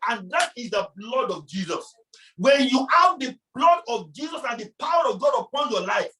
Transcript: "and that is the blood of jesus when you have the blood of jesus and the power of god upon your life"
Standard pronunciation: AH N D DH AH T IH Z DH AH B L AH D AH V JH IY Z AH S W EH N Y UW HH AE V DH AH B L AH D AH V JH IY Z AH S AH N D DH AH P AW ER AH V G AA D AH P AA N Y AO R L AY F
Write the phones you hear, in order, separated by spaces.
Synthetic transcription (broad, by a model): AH N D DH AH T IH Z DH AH B L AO D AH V JH IY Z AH S W EH N Y UW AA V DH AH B L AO D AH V JH IY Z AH S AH N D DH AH P AW ER AH V G AA D AH P AA N Y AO L AY F